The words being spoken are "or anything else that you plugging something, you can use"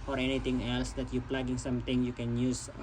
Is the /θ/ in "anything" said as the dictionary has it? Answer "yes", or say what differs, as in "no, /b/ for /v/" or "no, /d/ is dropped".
no, /t/ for /θ/